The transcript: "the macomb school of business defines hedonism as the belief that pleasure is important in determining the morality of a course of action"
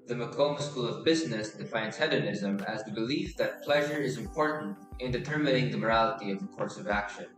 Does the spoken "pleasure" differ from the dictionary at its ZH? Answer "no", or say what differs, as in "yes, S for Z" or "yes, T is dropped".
no